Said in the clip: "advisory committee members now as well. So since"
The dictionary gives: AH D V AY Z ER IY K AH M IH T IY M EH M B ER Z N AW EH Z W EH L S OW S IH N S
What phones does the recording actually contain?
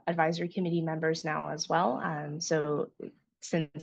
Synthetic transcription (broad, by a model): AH D V AY Z ER IY K AH M IH T IY M EH M B ER Z N AW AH Z W EH L S OW S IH N